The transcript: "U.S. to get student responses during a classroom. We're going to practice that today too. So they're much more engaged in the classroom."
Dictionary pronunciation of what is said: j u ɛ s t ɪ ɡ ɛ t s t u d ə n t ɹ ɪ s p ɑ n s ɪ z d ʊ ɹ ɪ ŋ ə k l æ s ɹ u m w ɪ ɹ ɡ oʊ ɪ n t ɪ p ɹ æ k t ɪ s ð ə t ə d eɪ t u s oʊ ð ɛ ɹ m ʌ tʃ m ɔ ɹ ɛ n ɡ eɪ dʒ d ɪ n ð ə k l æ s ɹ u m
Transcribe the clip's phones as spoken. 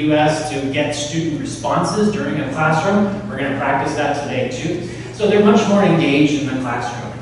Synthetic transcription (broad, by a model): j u ɛ s t ɪ ɡ ɛ t s t u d n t ɹ ɪ s p ɑ n s ɪ z d ʊ ɹ ɪ ŋ ə k l æ s ɹ u m w ɪ ɹ ɡ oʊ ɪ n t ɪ p ɹ æ k t ɪ s ð ə t ə d eɪ t u s oʊ ð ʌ ɹ m ʌ tʃ m ɔ ɹ ɛ n ɡ eɪ dʒ d ɪ n ð ə k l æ s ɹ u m